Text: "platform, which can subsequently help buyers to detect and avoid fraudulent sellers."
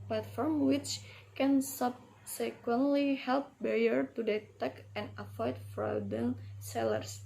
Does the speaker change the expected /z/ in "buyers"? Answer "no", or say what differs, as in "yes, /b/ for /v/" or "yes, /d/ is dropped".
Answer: yes, /z/ is dropped